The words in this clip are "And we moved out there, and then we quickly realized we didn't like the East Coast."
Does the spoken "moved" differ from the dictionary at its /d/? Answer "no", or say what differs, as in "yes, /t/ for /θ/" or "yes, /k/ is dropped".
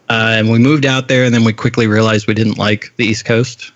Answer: no